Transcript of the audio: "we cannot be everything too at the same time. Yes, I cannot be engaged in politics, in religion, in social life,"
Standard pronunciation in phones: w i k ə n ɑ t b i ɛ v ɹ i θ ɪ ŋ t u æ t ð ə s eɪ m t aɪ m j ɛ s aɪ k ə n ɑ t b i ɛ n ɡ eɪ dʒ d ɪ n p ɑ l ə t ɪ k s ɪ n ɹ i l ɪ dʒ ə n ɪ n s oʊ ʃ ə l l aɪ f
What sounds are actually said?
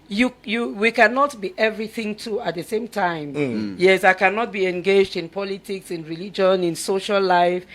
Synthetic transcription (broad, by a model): w i k ə n ɑ t b i ɛ v ɹ i θ ɪ ŋ t u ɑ t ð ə s eɪ m t aɪ m j ɛ s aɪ k ə n ɑ t b i ɛ n ɡ eɪ dʒ d ɪ n p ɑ l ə t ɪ k s ɪ n ɹ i l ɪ dʒ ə n ɪ n s oʊ ʃ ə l l aɪ f